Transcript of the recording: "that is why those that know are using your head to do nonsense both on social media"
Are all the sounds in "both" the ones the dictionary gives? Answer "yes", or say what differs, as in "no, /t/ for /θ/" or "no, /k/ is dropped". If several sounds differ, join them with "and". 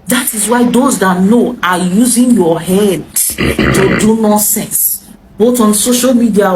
no, /t/ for /θ/